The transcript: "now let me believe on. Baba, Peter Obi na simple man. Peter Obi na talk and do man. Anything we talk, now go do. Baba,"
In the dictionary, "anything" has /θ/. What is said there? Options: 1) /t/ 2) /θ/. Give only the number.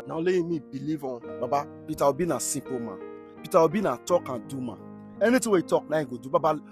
1